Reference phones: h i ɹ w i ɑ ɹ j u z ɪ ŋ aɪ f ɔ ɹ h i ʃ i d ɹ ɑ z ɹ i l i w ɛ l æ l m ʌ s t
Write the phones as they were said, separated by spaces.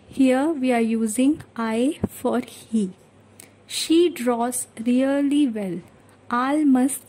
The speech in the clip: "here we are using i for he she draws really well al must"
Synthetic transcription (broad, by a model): h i ɹ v i ɑ ɹ j u z ɪ ŋ aɪ f ɔ ɹ h i ʃ i d ɹ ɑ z ɹ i l i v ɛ l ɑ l m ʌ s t